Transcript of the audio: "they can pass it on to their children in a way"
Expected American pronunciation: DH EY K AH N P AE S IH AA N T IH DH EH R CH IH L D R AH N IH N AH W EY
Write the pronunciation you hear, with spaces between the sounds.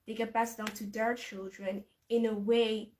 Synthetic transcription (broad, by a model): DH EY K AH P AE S IH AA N T IH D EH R CH IH L D R AH N IH N AH W EY